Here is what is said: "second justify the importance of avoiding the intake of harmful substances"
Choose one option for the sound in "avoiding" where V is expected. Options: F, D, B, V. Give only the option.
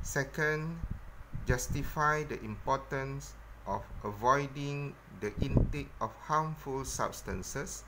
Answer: V